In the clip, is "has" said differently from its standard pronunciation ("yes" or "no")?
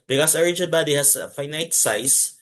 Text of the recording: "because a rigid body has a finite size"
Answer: yes